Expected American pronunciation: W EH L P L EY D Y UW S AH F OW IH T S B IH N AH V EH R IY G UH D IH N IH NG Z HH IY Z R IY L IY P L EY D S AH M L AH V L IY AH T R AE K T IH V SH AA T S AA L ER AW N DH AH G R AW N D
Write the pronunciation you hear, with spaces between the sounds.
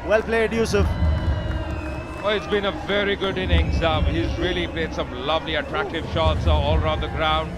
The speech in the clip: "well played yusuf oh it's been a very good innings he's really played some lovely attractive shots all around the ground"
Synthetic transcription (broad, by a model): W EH L P L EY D Y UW S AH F OW IH T S B IH N AH V EH R IY G UH D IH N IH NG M HH IY Z R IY L IY P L EY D S AH M L AH V L IY AH T R AE K T IH V SH AA T S AA L ER AW N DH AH G R AW N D